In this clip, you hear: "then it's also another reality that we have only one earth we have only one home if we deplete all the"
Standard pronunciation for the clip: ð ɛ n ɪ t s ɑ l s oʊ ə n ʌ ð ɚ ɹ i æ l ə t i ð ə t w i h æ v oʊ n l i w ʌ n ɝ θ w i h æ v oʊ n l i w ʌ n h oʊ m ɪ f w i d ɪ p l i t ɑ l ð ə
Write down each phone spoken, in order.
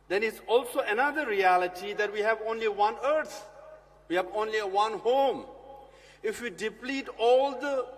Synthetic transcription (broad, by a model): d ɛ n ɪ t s ɑ l s oʊ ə n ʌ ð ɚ ɹ i æ l ə t i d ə t w i h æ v oʊ n l i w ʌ n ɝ t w i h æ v oʊ n l i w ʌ n h oʊ m ɪ f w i d ɪ p l i t ɑ l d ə